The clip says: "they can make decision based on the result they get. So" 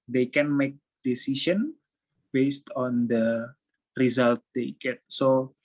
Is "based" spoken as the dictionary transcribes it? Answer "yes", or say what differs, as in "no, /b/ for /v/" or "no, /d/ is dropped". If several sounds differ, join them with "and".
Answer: yes